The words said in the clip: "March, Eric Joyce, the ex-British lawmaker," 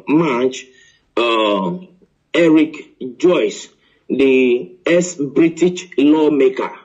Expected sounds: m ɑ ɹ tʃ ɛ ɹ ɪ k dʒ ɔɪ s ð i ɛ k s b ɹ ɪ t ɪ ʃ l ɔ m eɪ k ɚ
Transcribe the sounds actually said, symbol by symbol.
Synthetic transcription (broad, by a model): m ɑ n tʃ ɛ ɹ ɪ k dʒ ɔɪ s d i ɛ s b ɹ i t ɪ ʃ l ɔ m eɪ k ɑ